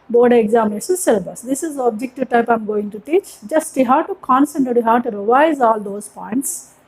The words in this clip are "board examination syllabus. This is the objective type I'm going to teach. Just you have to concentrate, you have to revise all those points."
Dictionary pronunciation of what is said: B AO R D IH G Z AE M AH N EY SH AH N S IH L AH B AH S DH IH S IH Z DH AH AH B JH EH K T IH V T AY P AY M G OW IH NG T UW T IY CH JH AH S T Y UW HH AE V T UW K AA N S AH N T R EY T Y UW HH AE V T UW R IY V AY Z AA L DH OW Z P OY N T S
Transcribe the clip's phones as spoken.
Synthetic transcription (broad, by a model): B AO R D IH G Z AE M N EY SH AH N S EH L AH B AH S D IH S IH Z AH B JH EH K T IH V T AY P AY M G OW IH NG T UW T IY CH JH AH S T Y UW HH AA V T UW K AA N S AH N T EY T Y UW HH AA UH T UW R IY V AY Z AA L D OW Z P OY N T S